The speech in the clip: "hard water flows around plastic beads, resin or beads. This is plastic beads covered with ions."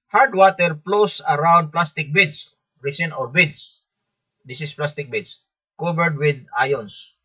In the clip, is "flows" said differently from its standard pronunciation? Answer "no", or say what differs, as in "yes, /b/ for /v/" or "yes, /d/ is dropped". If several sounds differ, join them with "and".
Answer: yes, /p/ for /f/ and /s/ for /z/